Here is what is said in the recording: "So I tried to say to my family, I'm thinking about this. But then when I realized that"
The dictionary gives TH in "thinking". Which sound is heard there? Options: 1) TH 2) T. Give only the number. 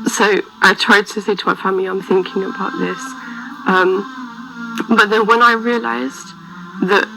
1